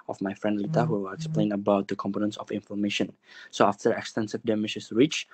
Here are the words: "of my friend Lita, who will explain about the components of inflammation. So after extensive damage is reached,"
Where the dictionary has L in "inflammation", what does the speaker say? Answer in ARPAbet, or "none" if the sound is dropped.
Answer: none